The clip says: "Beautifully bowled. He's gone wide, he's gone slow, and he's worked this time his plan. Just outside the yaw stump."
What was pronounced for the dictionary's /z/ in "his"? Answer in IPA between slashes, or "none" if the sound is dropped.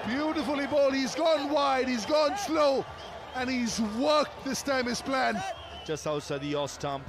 /s/